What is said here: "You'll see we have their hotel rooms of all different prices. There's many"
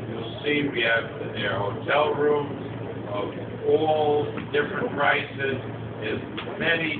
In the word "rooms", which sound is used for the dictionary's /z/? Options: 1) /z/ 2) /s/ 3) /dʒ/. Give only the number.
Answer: 1